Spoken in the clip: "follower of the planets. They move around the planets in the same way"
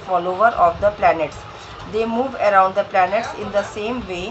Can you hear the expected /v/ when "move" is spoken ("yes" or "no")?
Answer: yes